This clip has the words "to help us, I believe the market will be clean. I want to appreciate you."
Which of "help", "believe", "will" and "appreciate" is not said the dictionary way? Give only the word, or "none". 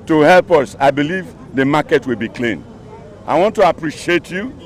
none